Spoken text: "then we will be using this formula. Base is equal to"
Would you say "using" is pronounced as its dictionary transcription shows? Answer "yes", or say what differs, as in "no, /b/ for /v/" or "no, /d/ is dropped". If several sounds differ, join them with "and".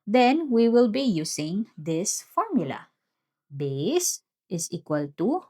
no, /s/ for /z/